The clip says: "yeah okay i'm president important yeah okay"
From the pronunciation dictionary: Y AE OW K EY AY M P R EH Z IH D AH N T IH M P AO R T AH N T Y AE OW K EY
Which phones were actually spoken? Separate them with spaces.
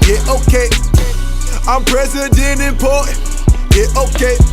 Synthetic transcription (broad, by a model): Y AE OW K EY AY M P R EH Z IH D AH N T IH P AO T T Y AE OW K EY